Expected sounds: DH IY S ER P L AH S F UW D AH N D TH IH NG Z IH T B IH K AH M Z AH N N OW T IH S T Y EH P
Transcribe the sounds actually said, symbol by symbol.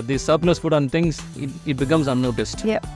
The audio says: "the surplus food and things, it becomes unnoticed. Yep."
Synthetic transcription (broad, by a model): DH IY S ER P N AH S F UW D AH N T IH NG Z IH T B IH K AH M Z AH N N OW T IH S T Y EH